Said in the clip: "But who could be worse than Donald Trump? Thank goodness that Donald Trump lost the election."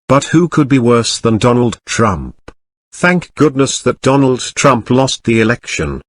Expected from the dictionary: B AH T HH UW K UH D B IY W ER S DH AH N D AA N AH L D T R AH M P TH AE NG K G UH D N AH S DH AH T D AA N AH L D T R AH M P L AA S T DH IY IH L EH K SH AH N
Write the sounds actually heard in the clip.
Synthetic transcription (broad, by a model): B AH T HH UW K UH D B IY W ER S DH AH N D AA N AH L D T R AH M P TH AE NG K G UH D N AH S DH AH T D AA N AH L D T R AH M P L AA S T DH IY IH L EH K SH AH N